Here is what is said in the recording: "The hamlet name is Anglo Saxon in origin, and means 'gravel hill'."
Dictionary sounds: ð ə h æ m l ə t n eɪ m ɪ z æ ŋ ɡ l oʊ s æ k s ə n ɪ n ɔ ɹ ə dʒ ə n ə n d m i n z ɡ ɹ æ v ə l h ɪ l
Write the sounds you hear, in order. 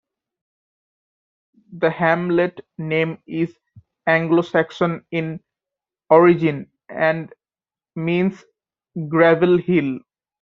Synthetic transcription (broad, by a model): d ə h æ m l ə t n eɪ m ɪ z æ ŋ ɡ l oʊ s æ k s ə n ɪ n ɔ ɹ ə dʒ ə n ə n d m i n s ɡ ɹ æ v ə l h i l